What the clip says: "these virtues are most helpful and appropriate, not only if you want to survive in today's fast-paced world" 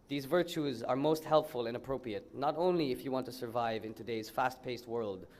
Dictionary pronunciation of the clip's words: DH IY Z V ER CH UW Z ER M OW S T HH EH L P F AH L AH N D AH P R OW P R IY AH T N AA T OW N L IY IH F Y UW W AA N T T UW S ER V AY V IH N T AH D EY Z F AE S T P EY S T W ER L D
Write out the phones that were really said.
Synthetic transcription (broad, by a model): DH IY Z V ER CH UW Z ER M OW S T HH EH L P F AH L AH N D AH P R OW P R IY AH T N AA T OW N L IY IH F Y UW W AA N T T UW S ER V AY V IH N T AH D EY Z F AE S T P EY S T W ER L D